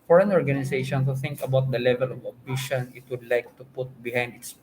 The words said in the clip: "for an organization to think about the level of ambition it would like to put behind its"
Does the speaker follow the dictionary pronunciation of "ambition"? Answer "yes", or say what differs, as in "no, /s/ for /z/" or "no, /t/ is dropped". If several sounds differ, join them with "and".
no, /m/ is dropped